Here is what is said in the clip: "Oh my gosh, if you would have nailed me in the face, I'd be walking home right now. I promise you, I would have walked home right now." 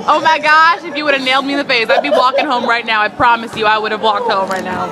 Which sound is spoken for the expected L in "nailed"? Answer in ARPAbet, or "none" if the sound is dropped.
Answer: L